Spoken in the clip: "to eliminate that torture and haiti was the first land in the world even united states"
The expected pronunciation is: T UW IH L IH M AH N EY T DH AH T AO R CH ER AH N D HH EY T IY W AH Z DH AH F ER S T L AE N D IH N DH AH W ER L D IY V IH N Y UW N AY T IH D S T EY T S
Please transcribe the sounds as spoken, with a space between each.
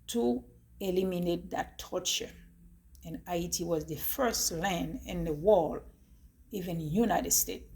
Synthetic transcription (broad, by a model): T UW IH L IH M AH N EY T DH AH T AO R CH ER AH N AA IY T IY W AH Z DH AH F ER S T L AE N D IH N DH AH W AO L IY V IH N Y UW N AY T IH D S T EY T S